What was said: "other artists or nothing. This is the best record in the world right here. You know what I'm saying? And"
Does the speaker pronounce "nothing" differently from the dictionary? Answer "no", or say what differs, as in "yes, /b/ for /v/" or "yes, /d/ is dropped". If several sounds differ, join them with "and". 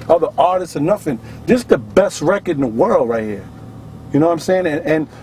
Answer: yes, /f/ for /θ/